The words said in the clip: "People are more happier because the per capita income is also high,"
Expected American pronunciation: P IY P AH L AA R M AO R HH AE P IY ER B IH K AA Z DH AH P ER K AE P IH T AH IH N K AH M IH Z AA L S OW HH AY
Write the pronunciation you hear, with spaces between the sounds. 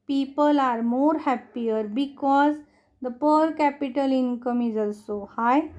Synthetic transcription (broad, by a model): P IY P AH L AA R M AO R HH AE P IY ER B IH K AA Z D AH P ER K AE P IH T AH IH N K AH M IH Z AA L S OW HH AY